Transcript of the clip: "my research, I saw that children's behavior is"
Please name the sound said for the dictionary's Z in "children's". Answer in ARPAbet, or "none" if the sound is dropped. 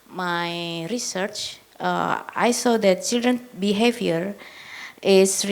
none